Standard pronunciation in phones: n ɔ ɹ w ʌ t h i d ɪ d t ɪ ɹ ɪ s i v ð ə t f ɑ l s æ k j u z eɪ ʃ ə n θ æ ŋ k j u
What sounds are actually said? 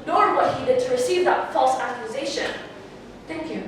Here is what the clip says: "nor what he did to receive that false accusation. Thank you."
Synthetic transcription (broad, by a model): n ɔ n w ʌ t h i d ɪ d t ɪ ɹ ɪ s i v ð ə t f ɑ l s æ k j u z eɪ ʃ ə n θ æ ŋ k j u